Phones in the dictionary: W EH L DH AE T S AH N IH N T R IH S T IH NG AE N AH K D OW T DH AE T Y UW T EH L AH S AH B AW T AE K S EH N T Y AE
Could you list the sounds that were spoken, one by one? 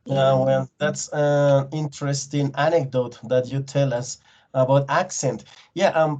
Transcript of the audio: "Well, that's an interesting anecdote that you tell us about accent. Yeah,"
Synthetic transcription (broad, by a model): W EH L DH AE T S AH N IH N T R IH S T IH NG AE N AH K D OW T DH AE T Y UW T EH L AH S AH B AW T AE K S EH N T Y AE